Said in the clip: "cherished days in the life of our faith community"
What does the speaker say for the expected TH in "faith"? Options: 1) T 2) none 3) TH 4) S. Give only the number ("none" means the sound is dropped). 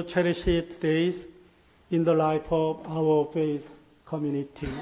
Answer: 4